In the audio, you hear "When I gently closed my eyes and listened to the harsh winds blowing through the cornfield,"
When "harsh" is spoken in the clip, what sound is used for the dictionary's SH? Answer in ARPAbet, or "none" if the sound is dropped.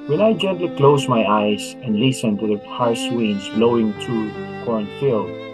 S